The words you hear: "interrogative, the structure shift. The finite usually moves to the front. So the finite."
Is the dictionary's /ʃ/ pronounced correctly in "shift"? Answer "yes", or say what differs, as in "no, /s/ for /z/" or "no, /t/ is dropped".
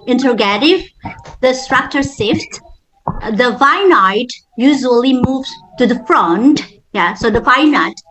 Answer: no, /s/ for /ʃ/